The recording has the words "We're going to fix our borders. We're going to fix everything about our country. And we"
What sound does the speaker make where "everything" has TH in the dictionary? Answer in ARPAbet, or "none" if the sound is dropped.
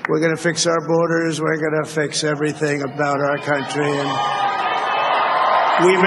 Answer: TH